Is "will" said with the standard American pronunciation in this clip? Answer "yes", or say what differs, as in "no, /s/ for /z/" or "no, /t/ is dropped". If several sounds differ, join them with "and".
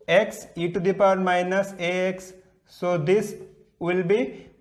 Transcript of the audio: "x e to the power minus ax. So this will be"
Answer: yes